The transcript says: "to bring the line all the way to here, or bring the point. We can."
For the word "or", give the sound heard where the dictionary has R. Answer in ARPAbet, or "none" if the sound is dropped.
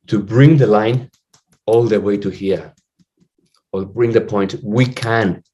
L